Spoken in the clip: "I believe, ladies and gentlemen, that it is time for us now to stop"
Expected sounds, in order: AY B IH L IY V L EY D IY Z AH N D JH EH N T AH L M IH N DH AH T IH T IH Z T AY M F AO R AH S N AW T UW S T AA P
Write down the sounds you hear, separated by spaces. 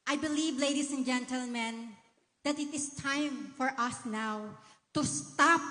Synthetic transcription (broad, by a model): AY B IH L IY V L EY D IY S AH N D JH EH N T AH L M IH N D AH T IH T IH S T AY M F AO R AH S N AW T UW S T AA P